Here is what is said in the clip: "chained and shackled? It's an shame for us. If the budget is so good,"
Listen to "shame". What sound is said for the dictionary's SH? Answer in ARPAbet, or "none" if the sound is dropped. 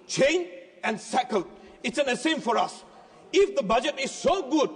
S